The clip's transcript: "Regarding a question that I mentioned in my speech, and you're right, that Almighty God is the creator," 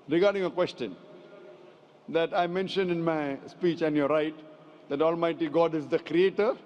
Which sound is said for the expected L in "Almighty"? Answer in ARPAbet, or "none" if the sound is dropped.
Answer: L